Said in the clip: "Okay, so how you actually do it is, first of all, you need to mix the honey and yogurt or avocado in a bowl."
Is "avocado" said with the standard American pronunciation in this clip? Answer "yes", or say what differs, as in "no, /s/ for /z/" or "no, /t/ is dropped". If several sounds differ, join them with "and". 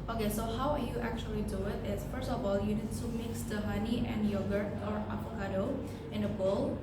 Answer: no, /p/ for /v/